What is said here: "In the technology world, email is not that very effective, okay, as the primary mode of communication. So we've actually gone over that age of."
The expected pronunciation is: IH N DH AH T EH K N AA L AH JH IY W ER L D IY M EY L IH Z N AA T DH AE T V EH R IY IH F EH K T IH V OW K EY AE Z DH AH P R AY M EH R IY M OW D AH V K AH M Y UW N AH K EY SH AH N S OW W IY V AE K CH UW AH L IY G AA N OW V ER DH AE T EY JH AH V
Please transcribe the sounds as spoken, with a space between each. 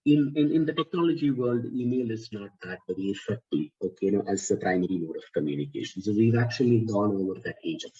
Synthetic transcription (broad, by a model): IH N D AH T EH K N AA L AH JH IY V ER L D IY M EY L IH Z N AA T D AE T B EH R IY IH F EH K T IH OW K EY AE Z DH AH P R AY M EH R IY M OW D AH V K AH M Y UW N AH K EY SH AH N S OW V IY V AE K CH UW AH L IY G AA N OW V ER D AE T EY JH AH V